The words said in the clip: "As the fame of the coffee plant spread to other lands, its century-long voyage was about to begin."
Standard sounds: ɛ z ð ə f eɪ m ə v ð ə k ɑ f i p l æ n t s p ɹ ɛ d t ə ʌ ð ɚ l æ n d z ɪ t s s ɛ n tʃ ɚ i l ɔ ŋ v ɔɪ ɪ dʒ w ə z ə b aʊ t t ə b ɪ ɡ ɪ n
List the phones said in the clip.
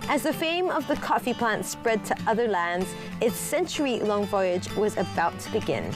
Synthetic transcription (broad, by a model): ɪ z ð ə f eɪ m ə v ð ə k ɑ f i p l æ n t s p ɹ ɛ d t ə ʌ ð ɚ l æ n d z ɪ t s s ɛ n tʃ ɚ i l ɔ ŋ v ɔɪ ɪ dʒ w ə z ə b aʊ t t ə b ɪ ɡ ɪ n